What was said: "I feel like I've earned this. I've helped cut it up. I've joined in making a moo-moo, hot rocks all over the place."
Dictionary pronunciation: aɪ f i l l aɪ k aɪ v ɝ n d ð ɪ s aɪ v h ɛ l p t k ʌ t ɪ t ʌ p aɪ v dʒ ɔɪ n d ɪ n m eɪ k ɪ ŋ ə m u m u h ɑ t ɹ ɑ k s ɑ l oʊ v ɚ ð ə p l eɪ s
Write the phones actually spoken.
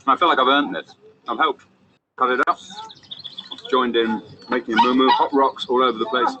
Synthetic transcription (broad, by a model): aɪ f i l l aɪ k aɪ v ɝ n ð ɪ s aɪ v h ɛ l p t k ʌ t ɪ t ʌ p dʒ ɔɪ n d ɪ n m eɪ k ɪ ŋ ə m u m u h ɑ t ɹ ɑ k s ɑ l oʊ v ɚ ð ə p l eɪ s